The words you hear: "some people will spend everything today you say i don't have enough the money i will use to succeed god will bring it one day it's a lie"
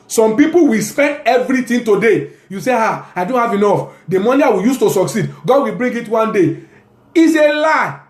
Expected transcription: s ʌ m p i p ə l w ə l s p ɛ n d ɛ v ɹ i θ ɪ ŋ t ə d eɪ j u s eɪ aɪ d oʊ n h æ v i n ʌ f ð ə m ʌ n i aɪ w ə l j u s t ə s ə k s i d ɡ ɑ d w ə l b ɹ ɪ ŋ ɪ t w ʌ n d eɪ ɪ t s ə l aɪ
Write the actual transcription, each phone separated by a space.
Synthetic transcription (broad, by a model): s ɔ m p i p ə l w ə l s p ɛ n d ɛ v ɹ i t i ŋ t ə d eɪ j u s eɪ aɪ d oʊ n h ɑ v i n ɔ f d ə m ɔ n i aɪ w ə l j u s t ə s ə k s i d ɡ ɑ d w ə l b ɹ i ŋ ɪ t w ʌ n d eɪ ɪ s ə l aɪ